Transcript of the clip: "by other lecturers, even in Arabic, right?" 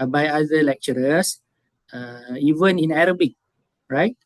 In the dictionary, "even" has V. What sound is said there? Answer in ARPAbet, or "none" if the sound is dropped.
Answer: V